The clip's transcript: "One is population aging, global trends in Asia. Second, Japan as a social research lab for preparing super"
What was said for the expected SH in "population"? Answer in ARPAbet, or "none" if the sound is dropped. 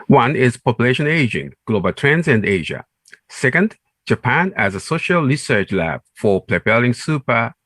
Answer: SH